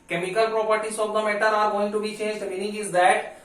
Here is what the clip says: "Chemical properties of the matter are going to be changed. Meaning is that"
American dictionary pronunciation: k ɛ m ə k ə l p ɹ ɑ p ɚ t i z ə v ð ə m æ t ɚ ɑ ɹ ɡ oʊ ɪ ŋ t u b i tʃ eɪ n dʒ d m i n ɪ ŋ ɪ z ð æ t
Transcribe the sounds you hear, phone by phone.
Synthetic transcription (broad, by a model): k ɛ m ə k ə l p ɹ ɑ p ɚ t i s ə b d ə m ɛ t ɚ ɑ ɹ ɡ oʊ ɪ ŋ t u b i tʃ eɪ n dʒ d m i n ɪ ŋ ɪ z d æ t